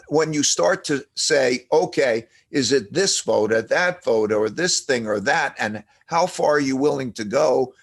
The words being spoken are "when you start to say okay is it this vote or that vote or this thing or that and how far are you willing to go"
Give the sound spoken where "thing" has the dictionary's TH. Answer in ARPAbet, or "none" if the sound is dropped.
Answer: TH